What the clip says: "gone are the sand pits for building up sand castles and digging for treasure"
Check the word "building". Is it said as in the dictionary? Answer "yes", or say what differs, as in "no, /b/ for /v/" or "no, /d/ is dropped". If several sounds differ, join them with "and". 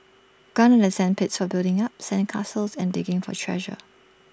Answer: yes